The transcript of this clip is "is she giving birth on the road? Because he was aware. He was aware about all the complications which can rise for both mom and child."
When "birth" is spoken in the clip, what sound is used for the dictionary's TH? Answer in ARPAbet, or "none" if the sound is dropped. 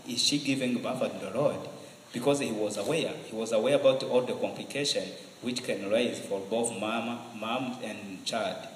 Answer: F